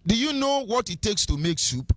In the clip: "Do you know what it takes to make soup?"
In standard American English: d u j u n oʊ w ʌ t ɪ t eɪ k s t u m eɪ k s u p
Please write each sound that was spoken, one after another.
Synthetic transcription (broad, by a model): d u j u n oʊ w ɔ t ɪ t eɪ k s t u m eɪ k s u p